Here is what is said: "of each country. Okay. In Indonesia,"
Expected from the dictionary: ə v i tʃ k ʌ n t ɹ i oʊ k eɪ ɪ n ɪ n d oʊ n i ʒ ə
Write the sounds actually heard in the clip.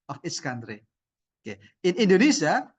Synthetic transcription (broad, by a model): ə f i s k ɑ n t ɹ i oʊ k eɪ ɪ n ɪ n d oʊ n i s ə